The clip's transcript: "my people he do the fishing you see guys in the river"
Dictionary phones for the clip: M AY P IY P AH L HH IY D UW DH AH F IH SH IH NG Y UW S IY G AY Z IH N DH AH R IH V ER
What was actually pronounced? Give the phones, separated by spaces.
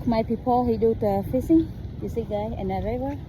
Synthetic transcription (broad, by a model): M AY P IY P AH L HH IY D UW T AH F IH S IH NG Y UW S IY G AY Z IH N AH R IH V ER